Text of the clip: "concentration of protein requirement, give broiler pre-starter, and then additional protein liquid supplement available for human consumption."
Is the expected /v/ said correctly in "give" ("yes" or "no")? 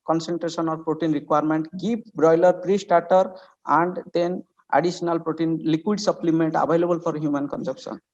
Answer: no